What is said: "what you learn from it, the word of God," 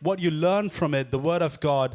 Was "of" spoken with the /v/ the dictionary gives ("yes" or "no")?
yes